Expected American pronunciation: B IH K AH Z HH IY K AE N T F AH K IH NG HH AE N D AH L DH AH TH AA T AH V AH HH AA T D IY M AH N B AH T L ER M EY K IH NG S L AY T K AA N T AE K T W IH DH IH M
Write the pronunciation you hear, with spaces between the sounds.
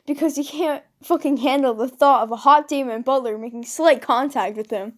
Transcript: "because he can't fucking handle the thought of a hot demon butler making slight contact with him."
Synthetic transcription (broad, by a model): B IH K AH Z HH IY K AE N T F AH K IH NG HH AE N D L DH AH TH AA T AH V AH HH AA T D IY M AH N B AH T L ER M EY K IH NG S L AY T K AA N T AE K T W IH DH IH M